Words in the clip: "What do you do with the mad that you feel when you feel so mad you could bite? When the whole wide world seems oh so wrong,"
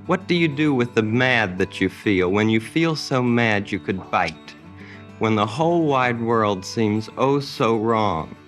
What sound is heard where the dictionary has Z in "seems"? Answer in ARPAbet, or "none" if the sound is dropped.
Z